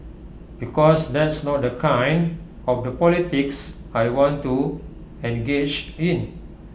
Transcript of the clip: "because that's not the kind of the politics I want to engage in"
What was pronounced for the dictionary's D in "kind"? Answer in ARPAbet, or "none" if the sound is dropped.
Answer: D